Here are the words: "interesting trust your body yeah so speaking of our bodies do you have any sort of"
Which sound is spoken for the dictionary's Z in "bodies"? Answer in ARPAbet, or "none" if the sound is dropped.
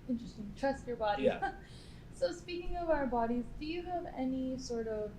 Z